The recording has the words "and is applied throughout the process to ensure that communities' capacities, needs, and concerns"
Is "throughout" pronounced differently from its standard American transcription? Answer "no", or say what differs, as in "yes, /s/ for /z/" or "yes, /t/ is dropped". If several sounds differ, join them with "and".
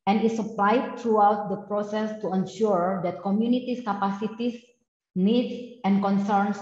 yes, /t/ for /θ/